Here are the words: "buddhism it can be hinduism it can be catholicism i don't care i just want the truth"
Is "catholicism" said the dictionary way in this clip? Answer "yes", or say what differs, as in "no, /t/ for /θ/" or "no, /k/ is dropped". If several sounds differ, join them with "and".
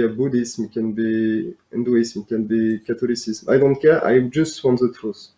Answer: no, /t/ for /θ/